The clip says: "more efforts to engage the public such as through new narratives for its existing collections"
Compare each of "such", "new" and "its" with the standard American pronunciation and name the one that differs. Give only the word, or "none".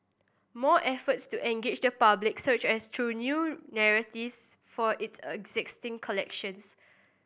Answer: none